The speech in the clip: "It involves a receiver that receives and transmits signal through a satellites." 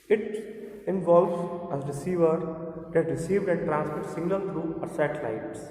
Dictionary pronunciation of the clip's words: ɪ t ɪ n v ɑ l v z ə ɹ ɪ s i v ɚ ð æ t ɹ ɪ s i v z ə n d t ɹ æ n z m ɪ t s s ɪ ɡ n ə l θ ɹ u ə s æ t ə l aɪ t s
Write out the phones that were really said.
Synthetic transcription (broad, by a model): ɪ t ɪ n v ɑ l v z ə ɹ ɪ s i v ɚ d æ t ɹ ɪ s i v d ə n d t ɹ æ n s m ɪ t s s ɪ ɡ l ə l t ɹ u ə s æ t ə l aɪ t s